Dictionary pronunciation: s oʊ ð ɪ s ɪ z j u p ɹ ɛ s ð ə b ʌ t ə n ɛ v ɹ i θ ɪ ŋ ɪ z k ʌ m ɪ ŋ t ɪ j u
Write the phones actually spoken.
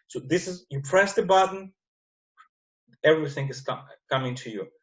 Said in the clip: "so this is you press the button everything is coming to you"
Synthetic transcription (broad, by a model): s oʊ ð ɪ s ɪ z j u p ɹ ɛ s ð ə b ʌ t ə n ɛ v ɹ i θ ɪ ŋ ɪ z k ʌ m ɪ ŋ t ɪ j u